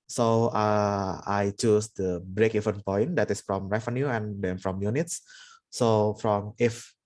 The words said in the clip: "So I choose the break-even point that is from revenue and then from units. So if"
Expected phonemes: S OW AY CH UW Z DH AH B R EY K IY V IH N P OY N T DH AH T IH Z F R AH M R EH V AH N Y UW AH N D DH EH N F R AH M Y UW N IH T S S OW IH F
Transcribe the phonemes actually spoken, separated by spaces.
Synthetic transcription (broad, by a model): S OW AY CH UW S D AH B R EY K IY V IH N P OY N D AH T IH S F R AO M R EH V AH N Y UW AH N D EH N F R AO M Y UW N IH T S S OW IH F